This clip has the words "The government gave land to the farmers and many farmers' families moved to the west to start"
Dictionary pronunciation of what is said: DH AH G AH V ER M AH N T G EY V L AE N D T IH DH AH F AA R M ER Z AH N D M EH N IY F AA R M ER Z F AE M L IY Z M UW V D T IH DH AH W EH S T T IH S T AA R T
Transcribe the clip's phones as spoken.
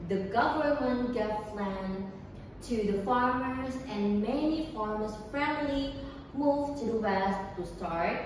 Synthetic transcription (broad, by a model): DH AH G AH V ER M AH N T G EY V L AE N T IH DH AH F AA R M ER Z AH N M EH N IY F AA R M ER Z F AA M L IY M UW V T IH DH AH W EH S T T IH S T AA R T